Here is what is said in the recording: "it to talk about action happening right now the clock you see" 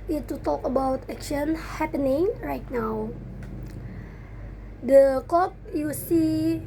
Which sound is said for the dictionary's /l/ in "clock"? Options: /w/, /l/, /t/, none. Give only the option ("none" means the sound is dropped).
none